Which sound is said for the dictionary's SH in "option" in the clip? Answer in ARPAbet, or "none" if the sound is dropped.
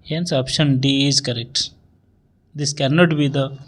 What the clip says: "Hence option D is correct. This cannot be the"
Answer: SH